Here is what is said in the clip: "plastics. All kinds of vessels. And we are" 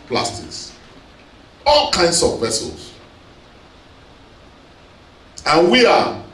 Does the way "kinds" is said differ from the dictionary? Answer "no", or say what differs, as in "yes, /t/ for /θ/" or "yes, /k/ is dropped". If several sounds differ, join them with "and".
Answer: yes, /s/ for /z/